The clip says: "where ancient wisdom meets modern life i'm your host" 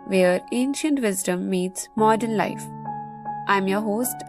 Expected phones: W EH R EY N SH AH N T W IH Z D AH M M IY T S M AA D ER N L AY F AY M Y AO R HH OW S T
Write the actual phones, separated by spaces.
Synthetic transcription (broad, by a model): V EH R EY N SH AH N T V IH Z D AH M M IY T S M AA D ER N L AY F AY M Y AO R HH OW S T